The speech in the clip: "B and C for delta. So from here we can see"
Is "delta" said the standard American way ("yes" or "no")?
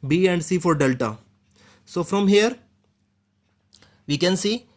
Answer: yes